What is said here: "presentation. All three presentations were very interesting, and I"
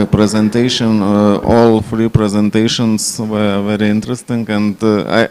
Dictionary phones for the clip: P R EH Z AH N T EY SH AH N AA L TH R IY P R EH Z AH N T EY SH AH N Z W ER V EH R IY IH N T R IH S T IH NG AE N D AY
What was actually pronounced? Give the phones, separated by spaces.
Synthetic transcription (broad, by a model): P R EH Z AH N T EY SH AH N AA L F R IY P R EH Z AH N T EY SH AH N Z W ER V EH R IY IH N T R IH S T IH NG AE N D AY